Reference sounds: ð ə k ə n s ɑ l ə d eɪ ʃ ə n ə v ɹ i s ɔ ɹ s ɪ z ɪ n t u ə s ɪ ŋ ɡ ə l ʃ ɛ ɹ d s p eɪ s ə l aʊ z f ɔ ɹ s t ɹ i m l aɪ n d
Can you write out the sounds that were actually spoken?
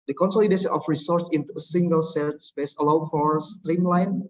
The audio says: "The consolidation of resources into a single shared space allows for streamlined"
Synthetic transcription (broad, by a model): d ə k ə n s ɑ l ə d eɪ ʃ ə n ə f ɹ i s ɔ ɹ s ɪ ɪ n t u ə s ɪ ŋ ɡ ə l s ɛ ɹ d s p eɪ s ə l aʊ f ɔ ɹ s t ɹ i m l aɪ n